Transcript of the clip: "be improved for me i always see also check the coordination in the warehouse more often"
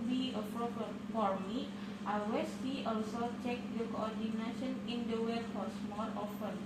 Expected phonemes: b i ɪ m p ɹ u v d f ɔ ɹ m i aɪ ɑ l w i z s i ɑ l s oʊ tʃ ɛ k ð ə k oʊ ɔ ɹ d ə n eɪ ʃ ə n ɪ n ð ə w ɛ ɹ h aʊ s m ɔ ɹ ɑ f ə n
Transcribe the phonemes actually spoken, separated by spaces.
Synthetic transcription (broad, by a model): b i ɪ p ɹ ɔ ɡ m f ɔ ɹ m i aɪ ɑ w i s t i ɑ l s oʊ tʃ ɛ k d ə k oʊ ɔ ɹ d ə n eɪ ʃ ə n ɪ n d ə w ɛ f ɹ s m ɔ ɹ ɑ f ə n